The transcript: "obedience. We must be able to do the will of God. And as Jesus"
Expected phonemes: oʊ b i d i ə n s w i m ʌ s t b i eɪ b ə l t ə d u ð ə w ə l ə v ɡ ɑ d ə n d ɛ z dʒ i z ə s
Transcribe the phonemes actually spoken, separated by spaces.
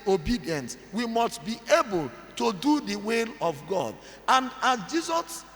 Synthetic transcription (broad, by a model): oʊ b i d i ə n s w i m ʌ s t b i eɪ b ə l t ə d u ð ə w ə l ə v ɡ ɑ d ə n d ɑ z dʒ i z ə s